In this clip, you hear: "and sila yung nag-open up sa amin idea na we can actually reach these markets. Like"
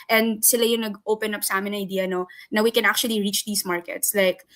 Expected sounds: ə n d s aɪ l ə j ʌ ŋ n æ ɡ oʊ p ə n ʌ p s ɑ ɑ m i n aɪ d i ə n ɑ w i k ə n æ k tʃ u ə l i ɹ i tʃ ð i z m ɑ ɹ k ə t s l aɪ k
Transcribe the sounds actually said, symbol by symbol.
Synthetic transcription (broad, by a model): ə n d s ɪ l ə j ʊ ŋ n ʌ ɡ oʊ p ə n ʌ p s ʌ ɑ m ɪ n aɪ d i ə n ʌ w i k ə n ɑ k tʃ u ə l i ɹ i tʃ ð i s m ɑ ɹ k ə t s l aɪ k